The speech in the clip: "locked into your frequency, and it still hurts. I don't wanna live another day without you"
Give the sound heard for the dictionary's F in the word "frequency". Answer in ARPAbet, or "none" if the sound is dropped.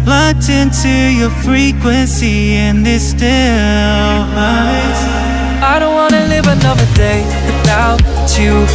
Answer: F